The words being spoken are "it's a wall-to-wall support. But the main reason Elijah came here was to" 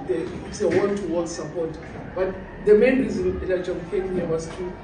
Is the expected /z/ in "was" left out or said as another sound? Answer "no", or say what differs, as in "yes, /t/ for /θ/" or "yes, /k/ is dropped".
yes, /s/ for /z/